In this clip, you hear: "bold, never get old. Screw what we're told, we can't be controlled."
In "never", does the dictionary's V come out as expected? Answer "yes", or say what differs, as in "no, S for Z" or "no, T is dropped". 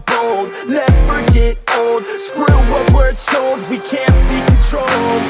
no, F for V